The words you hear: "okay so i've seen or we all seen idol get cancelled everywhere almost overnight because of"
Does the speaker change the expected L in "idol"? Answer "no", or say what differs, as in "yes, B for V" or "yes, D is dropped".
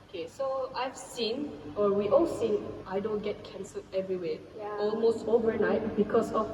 yes, N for L